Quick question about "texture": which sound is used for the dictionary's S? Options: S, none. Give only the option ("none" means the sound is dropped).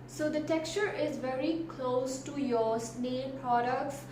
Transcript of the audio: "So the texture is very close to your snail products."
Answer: S